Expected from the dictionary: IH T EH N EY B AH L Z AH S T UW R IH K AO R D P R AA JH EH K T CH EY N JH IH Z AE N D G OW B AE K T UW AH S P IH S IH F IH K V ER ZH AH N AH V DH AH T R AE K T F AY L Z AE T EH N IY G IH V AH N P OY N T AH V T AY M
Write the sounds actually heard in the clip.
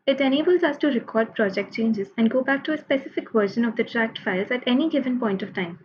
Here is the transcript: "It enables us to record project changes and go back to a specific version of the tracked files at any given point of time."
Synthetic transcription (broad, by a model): IH T EH N EY B AH L Z AH S T UW R IH K AO R D P R AA JH EH K T CH EY N JH IH Z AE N D G OW B AE K T UW AH S P IH S IH F IH K V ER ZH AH N AH V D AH T R AE K T F AY L Z AE T EH N IY G IH V AH N P OY N T AH V T AY M